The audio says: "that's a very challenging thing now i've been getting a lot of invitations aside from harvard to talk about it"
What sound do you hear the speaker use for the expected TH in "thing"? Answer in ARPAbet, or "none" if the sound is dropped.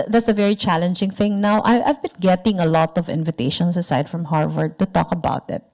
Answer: TH